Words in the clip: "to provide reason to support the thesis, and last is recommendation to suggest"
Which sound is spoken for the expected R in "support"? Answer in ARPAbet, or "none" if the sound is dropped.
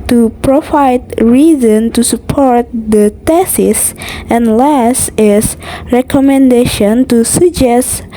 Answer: R